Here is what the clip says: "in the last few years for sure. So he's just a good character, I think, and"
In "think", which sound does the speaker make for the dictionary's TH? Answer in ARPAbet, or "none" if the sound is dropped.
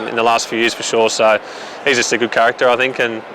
TH